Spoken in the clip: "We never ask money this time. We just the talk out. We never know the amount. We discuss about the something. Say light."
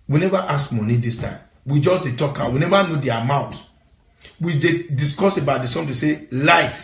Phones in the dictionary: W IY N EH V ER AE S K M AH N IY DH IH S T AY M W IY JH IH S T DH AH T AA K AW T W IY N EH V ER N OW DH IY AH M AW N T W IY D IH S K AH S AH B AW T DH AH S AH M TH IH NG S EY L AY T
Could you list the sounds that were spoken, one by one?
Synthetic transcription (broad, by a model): W IY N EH V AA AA S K M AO N IY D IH S T AY M W IY JH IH S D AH T AA K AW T W IY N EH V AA N OW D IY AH M AW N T W IY D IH S K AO S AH B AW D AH S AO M T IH S EY L AY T